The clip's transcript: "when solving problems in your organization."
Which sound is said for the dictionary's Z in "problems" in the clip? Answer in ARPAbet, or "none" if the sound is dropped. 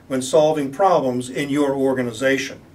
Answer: Z